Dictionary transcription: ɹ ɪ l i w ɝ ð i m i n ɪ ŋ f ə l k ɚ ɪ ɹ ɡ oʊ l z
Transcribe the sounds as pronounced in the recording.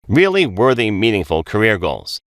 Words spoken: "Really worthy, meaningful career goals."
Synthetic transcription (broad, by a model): ɹ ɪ l i w ɝ ð i m i n ɪ ŋ f ə l k ɚ ɪ ɹ ɡ oʊ l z